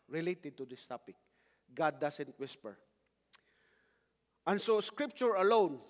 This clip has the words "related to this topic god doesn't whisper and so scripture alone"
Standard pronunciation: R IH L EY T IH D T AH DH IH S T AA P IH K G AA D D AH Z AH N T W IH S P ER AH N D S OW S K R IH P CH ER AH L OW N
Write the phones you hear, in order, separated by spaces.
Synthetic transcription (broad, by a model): R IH L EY T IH D T AH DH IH S T AA P IH K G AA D D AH S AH N T W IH S P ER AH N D S OW S K R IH P CH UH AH L OW N